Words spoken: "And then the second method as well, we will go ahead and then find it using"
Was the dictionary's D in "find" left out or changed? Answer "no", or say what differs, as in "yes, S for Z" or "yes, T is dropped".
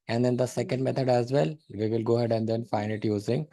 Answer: yes, D is dropped